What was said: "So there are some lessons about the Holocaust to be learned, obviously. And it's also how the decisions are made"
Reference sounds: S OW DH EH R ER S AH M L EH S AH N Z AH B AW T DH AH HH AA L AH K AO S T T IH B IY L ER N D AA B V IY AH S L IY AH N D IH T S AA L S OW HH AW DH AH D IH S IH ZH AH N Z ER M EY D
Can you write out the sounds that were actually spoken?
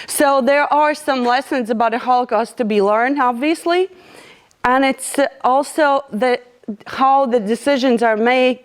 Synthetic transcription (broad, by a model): S OW DH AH R ER S AH M L EH S AH N Z AH B AW T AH HH AA L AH K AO S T T IH B IY L ER N D AA B V IY AH S L IY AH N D IH T S AA L S OW HH AW DH AH D IH S IH ZH AH N Z ER M EY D